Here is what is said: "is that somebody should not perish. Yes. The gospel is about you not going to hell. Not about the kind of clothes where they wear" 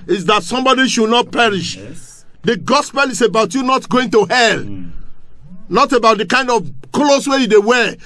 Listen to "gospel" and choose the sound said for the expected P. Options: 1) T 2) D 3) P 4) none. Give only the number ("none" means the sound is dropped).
3